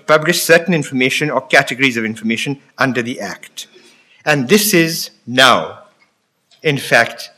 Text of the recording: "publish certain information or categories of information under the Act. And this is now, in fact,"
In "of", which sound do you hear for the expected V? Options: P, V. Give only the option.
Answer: V